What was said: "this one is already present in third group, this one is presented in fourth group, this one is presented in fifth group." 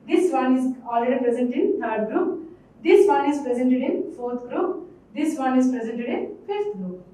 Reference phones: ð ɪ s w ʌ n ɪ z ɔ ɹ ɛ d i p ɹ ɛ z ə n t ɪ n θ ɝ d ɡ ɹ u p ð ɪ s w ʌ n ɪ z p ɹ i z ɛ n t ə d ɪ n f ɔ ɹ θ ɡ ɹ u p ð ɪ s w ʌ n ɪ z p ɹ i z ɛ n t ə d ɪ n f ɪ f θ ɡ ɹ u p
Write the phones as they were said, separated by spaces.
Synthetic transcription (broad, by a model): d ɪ s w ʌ n ɪ z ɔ l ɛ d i p ɹ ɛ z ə n t ɪ n t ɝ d ɡ ɹ u p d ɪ s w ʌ n ɪ z p ɹ i z ɛ n t ə d ɪ n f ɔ ɹ t ɡ ɹ u p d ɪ s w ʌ n ɪ z p ɹ i z ɛ n t ə d ɪ n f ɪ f t ɡ ɹ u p